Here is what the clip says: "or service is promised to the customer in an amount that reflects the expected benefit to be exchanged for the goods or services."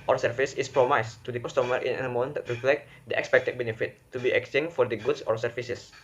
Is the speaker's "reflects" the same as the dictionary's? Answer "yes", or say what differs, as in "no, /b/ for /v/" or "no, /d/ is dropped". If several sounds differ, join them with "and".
no, /p/ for /f/